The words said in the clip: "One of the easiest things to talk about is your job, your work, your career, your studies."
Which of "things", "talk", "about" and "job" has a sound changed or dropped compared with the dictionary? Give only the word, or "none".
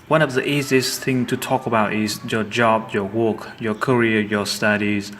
things